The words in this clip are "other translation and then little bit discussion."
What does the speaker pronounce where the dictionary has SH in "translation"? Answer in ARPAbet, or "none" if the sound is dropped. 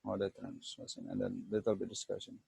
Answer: S